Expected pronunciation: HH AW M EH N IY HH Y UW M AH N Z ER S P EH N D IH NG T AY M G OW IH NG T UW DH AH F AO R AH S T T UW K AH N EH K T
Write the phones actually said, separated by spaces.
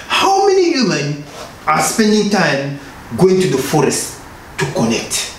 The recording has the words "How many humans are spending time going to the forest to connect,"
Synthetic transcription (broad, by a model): HH AW M EH N IY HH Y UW M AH N AA S P EH N D IH NG T AY M G OW IH NG T UW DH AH F AO R AH S T T UW K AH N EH K T